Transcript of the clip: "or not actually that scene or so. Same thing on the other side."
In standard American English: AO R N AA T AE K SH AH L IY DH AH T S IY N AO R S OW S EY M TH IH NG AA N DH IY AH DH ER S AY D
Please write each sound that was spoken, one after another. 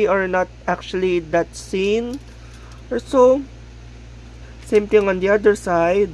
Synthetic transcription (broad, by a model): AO R N AA T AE K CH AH L IY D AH T S IY N AO R S OW S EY M T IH NG AA N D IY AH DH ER S AY D